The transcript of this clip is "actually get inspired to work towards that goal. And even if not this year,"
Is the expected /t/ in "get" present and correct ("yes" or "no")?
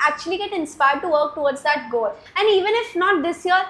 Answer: yes